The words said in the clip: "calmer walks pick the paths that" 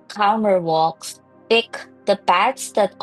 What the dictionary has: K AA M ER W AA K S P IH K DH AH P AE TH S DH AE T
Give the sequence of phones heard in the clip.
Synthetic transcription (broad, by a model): K AA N ER W AA K S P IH K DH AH B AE T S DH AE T